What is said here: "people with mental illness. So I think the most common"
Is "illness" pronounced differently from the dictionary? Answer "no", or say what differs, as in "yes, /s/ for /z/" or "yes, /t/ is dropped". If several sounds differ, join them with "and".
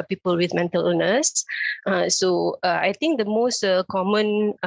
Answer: yes, /l/ is dropped